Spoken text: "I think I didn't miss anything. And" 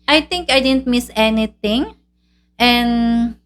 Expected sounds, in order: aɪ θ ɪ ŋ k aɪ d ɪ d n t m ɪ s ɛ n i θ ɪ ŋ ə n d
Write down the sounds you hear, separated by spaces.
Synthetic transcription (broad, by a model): aɪ t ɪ ŋ k aɪ d ɪ d n t m ɪ s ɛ n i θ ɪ ŋ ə n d